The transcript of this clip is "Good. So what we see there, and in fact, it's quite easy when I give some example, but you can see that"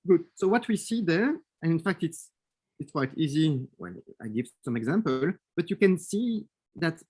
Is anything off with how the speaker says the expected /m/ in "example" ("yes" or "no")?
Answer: no